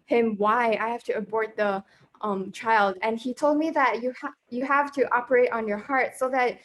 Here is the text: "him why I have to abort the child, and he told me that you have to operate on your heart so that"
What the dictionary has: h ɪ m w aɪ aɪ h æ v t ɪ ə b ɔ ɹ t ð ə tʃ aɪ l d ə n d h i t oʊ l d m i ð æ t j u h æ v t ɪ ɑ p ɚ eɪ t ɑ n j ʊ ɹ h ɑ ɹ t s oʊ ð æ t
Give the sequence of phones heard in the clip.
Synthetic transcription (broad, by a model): h ɪ m w aɪ aɪ h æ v t ɪ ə b ɔ ɹ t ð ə tʃ aɪ l d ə n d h i t oʊ l d m i ð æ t j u h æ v t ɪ ɑ p ɚ eɪ t n j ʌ ɹ h ɑ ɹ t s oʊ ð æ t